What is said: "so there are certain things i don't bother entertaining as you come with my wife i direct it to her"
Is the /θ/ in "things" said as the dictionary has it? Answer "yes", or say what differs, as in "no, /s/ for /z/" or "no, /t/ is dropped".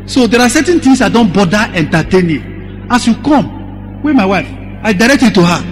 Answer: no, /t/ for /θ/